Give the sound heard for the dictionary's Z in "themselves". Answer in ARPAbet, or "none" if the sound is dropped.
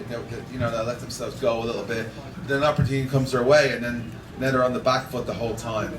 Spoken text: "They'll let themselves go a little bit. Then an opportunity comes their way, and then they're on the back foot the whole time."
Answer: Z